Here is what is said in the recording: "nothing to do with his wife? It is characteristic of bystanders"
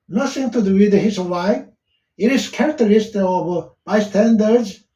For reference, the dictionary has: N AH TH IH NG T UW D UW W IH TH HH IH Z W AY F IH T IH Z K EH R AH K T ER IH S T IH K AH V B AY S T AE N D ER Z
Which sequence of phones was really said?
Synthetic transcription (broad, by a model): N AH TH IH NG T UW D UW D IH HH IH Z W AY IH T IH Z K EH R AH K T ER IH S T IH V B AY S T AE N D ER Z